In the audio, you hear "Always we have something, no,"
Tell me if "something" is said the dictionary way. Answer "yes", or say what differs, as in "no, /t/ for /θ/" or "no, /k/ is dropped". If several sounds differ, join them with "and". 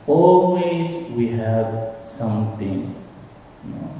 no, /t/ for /θ/